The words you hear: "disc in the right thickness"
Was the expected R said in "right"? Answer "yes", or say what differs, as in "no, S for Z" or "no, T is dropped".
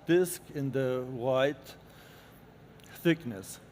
no, W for R